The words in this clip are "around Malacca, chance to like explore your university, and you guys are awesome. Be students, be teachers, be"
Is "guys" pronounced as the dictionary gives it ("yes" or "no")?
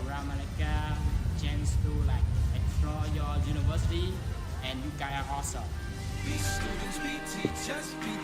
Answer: no